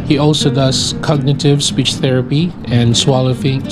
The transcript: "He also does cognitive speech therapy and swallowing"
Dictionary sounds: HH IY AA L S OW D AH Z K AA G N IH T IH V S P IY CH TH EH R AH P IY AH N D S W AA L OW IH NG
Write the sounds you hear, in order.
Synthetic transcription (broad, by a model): HH IY AA L S OW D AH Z K AA G N IH T IH V S P IY CH TH EH R AH P IY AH N S W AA L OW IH